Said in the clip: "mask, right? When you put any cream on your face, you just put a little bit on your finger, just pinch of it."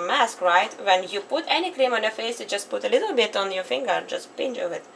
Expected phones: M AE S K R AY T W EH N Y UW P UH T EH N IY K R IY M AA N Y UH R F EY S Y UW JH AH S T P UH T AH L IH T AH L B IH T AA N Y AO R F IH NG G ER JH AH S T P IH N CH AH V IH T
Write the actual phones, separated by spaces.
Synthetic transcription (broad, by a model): M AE S K R AY T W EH N Y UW P UH T EH N IY K L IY M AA N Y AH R F EY S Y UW JH AH S T P UH T AH L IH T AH L B IH T AA N Y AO R F IH NG G ER JH AH S T P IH N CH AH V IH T